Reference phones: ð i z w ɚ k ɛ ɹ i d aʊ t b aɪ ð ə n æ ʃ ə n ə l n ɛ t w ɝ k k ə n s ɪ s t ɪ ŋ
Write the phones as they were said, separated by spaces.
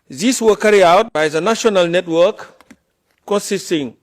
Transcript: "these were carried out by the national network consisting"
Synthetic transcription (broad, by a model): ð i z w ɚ k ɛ ɹ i aʊ t b aɪ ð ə n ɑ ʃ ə n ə l n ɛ t w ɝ k k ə n s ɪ s t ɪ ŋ